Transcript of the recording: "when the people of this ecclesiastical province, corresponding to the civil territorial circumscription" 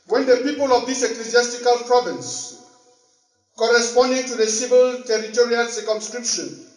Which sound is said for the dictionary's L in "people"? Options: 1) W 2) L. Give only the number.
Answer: 2